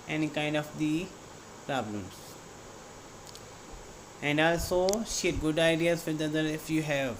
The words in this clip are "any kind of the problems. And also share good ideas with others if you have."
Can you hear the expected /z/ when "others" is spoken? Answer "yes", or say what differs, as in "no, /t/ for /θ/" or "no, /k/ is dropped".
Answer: no, /z/ is dropped